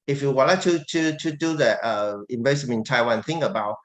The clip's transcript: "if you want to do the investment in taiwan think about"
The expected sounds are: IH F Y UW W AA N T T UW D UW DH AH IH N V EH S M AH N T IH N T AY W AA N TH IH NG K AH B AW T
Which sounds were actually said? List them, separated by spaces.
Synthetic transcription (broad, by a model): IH F Y UW W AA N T T UW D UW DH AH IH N B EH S AH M IH N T AY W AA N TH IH NG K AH B AW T